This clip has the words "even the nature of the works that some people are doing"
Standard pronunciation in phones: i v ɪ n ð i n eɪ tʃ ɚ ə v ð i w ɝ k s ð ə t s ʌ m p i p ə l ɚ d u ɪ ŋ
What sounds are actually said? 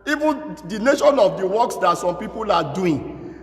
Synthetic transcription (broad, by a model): i v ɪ n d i n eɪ ʃ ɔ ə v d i w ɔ k s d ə t s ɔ m p i p ə l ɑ d u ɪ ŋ